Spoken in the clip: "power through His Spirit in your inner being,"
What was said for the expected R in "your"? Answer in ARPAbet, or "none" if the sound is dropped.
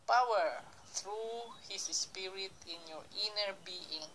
R